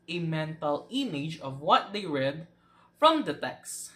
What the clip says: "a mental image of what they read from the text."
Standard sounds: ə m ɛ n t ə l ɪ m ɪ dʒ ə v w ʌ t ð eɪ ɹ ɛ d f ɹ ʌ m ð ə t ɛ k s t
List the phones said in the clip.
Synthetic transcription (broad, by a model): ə m ɛ n t ə l ɪ m ɪ dʒ ə v w ʌ t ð eɪ ɹ ɛ d f ɹ ʌ m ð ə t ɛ k s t